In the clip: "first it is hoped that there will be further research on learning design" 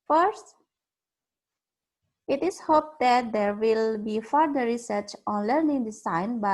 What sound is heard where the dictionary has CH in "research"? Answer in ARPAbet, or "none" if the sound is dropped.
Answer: CH